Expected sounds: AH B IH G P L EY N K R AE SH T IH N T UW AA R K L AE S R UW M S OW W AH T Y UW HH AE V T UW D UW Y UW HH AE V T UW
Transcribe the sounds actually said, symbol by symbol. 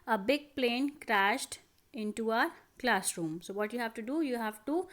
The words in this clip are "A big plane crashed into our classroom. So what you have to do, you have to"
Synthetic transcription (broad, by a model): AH B IH G P L EY N K R AE SH T IH N T UW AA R K L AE S R UW M S OW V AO T Y UW HH AE V T UW D UW Y UW HH AE V T UW